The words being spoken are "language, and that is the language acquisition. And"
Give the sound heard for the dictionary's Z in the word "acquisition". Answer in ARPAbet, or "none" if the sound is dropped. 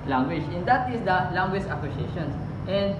S